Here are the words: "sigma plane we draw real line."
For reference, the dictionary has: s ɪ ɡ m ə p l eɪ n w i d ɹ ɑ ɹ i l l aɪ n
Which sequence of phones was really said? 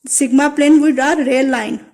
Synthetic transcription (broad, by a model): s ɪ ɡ m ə p l eɪ n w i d ɑ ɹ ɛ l l aɪ n